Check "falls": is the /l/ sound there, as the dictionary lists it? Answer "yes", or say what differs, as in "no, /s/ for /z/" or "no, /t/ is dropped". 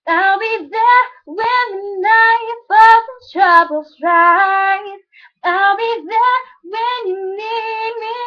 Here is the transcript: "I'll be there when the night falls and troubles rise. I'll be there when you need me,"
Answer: no, /l/ is dropped